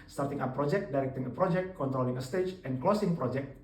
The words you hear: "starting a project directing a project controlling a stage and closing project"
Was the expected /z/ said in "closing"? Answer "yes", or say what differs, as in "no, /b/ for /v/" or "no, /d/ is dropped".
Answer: no, /s/ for /z/